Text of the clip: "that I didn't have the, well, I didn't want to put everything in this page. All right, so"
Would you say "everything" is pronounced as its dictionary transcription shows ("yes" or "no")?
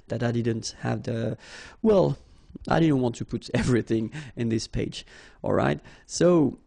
yes